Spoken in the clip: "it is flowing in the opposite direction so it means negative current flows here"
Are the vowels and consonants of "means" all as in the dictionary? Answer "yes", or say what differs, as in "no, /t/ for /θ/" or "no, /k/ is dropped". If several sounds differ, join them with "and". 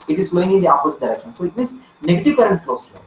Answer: no, /s/ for /z/